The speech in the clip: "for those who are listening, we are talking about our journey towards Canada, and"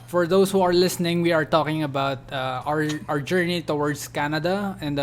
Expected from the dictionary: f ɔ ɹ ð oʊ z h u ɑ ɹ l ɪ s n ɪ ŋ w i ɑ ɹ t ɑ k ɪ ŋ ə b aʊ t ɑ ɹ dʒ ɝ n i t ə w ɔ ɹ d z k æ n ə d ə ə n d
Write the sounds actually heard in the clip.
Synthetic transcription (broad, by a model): f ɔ ɹ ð oʊ s h u ɑ ɹ l ɪ s n ɪ ŋ w i ɑ ɹ t ɑ k ɪ ŋ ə b aʊ t ɑ ɹ dʒ ɝ n i t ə w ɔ ɹ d s k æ n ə d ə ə n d